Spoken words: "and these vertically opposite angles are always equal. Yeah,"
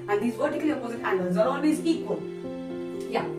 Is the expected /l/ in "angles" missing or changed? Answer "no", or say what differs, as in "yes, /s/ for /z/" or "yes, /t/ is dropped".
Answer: yes, /l/ is dropped